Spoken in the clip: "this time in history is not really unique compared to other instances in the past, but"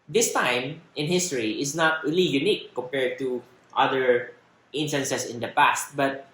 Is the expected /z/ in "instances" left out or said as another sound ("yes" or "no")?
yes